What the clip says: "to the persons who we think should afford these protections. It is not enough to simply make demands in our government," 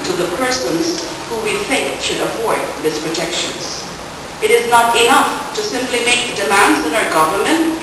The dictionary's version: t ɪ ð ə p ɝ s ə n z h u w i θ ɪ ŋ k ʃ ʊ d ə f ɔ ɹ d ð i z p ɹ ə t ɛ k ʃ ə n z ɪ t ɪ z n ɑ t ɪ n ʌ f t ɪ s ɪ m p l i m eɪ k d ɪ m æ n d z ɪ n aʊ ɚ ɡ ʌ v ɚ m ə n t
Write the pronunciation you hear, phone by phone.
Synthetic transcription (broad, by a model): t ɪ ð ə p ɝ s ə n z h u w i θ ɪ ŋ k ʃ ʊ d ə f ɔ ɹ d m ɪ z p ɹ ə t ɛ k ʃ ə n z ɪ t ɪ z n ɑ t ɪ n ʌ f t ɪ s ɪ m p l i m eɪ k d ɪ m æ n d z ɪ n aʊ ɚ ɡ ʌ v ɚ m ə n t